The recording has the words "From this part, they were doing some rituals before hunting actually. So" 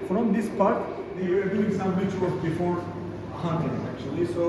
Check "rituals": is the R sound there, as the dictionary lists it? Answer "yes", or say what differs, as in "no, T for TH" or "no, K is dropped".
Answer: no, W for R